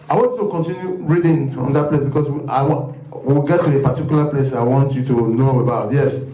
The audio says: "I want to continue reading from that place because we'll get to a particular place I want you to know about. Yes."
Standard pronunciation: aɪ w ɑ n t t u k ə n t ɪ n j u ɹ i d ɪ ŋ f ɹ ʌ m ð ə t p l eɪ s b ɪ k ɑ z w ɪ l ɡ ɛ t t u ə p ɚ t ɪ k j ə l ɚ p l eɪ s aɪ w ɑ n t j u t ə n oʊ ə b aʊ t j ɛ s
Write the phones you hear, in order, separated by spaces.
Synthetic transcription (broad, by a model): aɪ w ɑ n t t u k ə n t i n j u ɹ i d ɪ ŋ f ɹ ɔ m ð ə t p l eɪ s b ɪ k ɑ s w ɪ w ɡ ɛ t t u ə p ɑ t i k j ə l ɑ p l eɪ s aɪ w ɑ n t j u t ə n oʊ ə b aʊ t j ɛ s